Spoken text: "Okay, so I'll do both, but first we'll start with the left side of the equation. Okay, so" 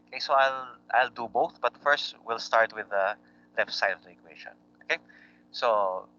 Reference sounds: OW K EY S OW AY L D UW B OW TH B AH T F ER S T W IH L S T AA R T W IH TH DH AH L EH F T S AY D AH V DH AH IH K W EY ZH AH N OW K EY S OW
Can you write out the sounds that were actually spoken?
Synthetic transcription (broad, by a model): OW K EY S OW AY L D UW B OW TH B AH T F ER S T W IH L S T AA R T W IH DH AH L EH F T S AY AH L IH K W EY SH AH N OW K EY S OW